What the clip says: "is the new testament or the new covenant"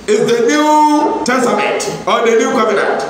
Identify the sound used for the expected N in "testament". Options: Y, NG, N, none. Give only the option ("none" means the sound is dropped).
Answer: none